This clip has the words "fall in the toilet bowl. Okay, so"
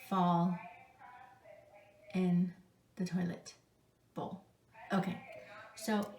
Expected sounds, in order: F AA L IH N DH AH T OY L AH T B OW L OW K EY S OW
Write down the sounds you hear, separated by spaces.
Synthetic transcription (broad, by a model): F AA L IH N DH AH T OY L AH T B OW L OW K EY S OW